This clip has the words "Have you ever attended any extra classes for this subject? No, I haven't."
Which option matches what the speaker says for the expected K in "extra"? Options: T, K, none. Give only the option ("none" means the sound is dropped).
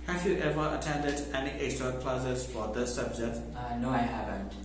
none